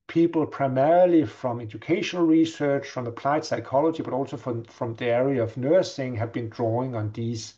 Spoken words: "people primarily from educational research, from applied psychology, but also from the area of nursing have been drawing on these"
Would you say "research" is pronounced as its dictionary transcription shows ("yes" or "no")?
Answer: yes